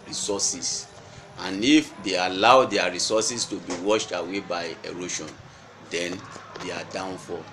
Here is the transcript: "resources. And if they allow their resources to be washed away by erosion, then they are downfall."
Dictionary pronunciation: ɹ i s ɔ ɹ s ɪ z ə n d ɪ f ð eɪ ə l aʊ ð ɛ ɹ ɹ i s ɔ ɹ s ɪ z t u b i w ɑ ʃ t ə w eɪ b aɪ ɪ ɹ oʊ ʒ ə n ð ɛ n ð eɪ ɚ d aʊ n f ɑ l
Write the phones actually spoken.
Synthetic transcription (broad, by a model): ɹ i s ɔ s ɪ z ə n ɪ f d eɪ ə l aʊ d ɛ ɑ ɹ i s ɔ s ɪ s t u b i w ɑ ʃ t ə w eɪ b aɪ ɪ ɹ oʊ ʃ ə n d ɛ n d eɪ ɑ d aʊ n f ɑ